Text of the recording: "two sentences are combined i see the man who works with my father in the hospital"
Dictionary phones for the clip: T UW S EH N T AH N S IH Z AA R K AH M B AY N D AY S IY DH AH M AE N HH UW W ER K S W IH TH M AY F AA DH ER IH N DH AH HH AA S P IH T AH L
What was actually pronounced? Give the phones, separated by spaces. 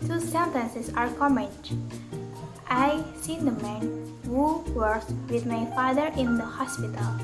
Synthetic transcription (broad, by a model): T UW S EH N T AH N S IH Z AA R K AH M EH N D AY S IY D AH M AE N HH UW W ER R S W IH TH M AY F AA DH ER IH N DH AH HH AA S P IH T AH L